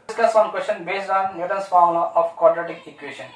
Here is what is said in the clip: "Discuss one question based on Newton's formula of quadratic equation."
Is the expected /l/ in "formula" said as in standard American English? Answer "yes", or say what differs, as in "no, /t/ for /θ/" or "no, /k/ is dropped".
no, /l/ is dropped